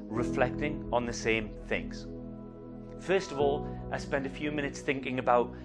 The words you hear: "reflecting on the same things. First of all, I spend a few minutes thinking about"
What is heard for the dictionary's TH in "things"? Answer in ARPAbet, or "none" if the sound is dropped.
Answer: TH